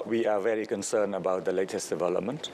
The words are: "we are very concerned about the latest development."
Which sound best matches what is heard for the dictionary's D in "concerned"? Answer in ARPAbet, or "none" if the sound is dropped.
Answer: none